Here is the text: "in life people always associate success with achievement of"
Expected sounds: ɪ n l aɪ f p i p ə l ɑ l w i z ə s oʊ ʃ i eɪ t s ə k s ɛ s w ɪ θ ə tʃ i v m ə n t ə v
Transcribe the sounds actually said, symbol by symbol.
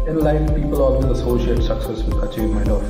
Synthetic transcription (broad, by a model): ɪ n l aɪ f p i p ə l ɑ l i ə s oʊ ʃ i eɪ t s ə k s ɛ s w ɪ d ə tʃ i m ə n ə